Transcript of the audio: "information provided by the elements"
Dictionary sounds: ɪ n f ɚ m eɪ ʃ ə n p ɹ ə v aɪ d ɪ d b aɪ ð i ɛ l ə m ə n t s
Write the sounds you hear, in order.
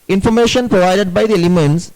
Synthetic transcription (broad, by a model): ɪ n f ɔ m eɪ ʃ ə n p ɹ ə v aɪ d ɪ d b aɪ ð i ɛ l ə m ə n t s